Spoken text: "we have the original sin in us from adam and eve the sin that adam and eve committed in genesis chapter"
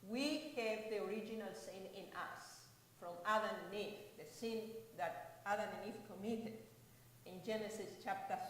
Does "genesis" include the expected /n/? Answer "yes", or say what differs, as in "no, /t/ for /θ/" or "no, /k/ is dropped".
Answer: yes